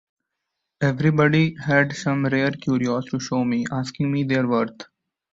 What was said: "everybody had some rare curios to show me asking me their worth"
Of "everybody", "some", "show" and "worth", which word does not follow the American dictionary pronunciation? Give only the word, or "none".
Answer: worth